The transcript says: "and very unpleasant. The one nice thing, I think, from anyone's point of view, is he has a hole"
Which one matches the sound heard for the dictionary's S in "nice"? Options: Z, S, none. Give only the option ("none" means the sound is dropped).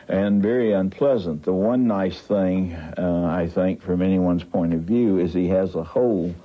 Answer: S